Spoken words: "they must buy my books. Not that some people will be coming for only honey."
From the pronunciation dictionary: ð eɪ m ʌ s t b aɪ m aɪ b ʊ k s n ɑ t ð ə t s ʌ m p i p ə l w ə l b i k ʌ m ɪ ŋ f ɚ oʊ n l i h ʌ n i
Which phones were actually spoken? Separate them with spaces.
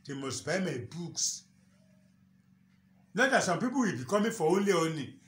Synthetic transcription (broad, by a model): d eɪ m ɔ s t b aɪ m aɪ b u k s n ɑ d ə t s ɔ m p i p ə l w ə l b i k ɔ m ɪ f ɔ oʊ n l i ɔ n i